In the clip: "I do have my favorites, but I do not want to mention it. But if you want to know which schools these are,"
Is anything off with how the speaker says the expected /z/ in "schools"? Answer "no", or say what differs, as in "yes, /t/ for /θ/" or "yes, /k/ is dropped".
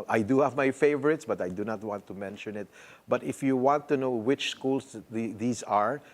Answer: yes, /s/ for /z/